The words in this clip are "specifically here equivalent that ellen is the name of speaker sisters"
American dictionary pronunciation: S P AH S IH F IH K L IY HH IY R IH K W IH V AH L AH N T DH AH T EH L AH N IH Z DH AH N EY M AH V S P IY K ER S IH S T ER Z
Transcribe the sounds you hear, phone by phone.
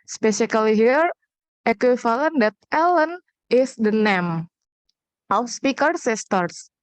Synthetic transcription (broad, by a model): S P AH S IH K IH L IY HH IY R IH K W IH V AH L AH N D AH T EH L AH N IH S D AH N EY M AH W S P IY K ER S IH S T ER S